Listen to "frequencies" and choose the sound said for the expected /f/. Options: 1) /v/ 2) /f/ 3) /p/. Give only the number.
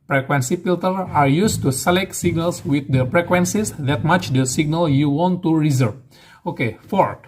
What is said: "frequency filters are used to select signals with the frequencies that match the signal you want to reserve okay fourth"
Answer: 3